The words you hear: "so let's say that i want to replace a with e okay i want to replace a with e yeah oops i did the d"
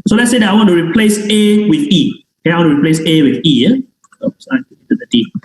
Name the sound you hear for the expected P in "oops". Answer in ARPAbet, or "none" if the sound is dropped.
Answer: none